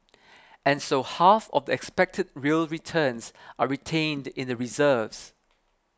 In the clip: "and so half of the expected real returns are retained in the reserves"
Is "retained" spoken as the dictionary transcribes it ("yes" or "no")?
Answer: yes